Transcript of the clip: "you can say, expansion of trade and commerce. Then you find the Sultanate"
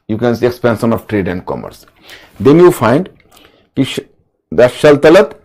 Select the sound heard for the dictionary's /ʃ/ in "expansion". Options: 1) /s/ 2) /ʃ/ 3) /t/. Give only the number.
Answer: 1